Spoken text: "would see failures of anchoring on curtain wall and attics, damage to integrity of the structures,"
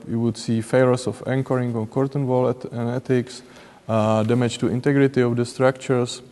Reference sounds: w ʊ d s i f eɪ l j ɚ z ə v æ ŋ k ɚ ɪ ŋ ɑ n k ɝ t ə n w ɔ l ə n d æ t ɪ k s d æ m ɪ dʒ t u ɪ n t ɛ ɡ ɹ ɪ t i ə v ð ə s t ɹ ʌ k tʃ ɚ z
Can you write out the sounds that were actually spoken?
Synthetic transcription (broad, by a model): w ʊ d s i f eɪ l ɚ s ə f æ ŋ k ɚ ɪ ŋ ɑ n k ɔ t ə n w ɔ l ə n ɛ t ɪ k s d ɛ m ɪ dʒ t u ɪ n t ɛ ɡ ɹ ɪ t i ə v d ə s t ɹ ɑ k tʃ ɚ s